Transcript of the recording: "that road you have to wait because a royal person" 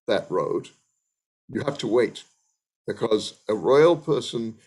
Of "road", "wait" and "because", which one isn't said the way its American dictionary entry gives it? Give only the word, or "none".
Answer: none